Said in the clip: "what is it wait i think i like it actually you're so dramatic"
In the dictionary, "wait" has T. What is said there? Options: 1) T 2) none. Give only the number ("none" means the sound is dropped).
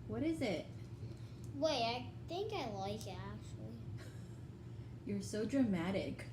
2